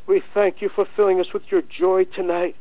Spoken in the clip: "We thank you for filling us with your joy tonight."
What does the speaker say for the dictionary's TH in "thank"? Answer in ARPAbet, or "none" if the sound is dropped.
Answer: TH